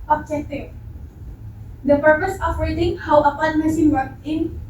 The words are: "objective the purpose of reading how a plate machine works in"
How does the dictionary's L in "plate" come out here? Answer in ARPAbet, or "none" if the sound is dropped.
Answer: none